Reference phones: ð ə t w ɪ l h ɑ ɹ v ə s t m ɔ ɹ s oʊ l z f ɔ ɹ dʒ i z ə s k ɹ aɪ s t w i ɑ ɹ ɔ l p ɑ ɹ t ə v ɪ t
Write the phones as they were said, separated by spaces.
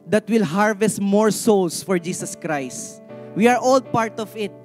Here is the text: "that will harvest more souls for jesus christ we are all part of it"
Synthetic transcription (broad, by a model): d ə t w ɪ l h ɑ ɹ v ə s t m ɔ ɹ s oʊ l s f ɔ ɹ dʒ i s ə s k ɹ aɪ s t w i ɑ ɹ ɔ l p ɑ ɹ t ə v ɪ t